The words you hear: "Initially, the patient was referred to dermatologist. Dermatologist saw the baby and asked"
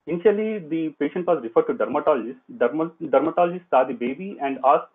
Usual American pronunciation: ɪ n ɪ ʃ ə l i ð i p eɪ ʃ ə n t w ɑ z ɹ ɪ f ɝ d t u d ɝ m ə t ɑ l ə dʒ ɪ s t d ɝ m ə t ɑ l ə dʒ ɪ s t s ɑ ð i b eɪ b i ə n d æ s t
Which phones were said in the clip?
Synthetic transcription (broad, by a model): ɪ n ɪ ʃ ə l i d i p eɪ ʃ ə n t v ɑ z ɹ ɪ f ɝ d t u d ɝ m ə t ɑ l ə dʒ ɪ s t d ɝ m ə t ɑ l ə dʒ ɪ s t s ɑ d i b eɪ b i ə n d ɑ s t